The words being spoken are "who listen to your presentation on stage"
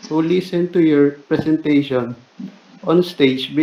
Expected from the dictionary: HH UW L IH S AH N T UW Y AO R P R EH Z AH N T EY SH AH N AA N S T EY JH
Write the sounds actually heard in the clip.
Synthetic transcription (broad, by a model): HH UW L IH S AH N T UW Y AO R P R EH S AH N T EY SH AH N AA N S T EY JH